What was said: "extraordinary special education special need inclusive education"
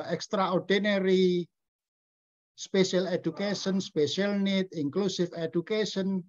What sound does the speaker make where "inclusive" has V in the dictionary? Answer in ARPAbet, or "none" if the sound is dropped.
F